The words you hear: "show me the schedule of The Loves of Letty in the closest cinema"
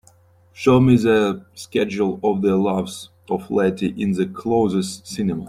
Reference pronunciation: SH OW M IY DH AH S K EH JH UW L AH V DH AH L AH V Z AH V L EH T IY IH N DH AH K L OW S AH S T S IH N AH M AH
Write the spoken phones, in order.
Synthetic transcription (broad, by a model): SH OW M IY DH AH S K EH JH UW L AH V DH AH L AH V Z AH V L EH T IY IH N DH AH K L OW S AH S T S IH N AH M AH